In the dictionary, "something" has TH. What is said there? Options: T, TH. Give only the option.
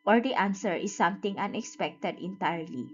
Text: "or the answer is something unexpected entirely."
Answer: T